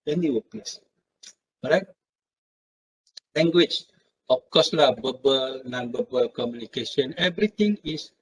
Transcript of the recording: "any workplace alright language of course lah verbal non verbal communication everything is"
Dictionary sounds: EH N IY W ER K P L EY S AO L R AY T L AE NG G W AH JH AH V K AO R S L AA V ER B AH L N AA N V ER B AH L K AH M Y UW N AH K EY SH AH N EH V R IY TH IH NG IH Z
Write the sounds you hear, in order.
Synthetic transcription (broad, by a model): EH N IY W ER P L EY S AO R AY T L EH NG G W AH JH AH F K AO S L AA B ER B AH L N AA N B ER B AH L K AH M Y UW N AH K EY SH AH N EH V R IY T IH NG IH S